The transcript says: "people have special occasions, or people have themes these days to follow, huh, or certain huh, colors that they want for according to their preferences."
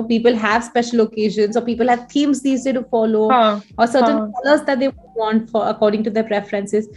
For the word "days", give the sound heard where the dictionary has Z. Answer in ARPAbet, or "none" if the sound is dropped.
none